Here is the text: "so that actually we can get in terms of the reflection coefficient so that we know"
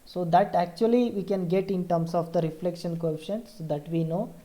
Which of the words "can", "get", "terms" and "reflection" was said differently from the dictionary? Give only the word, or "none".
terms